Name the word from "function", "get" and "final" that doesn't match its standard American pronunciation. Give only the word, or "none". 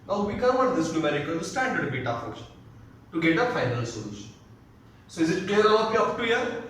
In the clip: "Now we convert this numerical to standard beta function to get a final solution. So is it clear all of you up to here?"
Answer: function